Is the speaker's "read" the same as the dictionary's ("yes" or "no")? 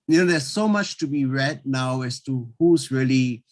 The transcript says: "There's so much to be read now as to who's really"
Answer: yes